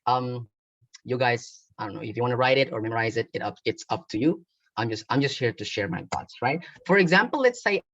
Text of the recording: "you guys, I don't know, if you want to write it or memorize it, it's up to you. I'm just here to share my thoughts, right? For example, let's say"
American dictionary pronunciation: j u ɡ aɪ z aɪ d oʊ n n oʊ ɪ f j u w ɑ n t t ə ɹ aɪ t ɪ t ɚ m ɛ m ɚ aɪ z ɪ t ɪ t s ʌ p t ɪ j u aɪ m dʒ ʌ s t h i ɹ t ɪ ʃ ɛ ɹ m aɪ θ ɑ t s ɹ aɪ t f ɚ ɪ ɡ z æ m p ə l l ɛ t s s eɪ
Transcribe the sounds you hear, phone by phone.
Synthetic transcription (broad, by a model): j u ɡ aɪ z aɪ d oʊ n n oʊ ɪ f j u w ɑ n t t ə ɹ aɪ t ɪ t ɚ m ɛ m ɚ aɪ z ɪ t ɪ t s ʌ p t ɪ j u aɪ m dʒ ʌ s t h i ɹ t ɪ ʃ ɛ ɹ m aɪ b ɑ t s ɹ aɪ t f ɚ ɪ ɡ z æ m p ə l l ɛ t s s eɪ